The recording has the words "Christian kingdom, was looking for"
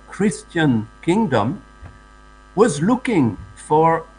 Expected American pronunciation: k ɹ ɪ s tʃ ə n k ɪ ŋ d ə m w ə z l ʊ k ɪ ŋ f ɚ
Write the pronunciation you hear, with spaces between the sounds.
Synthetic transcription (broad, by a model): k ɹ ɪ s tʃ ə n k ɪ ŋ d ə m w ə z l ʊ k ɪ ŋ f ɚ